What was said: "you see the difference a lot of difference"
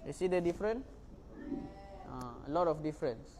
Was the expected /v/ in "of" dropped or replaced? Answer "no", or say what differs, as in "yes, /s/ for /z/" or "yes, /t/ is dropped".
yes, /f/ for /v/